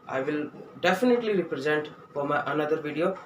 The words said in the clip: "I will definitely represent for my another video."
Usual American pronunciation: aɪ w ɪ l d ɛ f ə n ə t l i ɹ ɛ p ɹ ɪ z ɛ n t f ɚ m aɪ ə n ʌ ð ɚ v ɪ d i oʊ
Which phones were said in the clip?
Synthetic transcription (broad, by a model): aɪ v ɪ l d ɛ f ə n ə t l i ɹ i p ɹ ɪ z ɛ n t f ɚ m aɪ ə n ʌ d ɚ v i d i oʊ